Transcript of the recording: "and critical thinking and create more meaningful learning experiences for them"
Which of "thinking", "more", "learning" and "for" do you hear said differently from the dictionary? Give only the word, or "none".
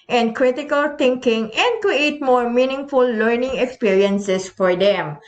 thinking